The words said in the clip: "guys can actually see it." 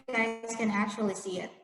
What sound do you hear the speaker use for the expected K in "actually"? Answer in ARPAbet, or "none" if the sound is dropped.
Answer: none